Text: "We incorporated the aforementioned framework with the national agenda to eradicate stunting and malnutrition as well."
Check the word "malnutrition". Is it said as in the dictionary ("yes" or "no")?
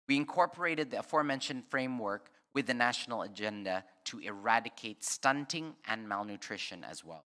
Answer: yes